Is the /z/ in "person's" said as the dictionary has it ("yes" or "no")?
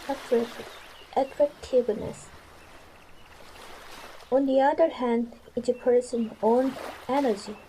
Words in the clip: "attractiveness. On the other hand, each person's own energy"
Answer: no